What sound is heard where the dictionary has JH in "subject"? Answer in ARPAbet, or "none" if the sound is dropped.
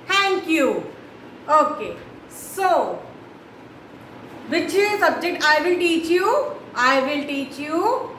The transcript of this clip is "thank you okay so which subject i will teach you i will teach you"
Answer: JH